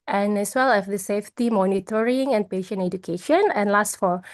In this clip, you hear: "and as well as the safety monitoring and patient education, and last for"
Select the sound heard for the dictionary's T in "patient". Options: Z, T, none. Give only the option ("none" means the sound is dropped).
none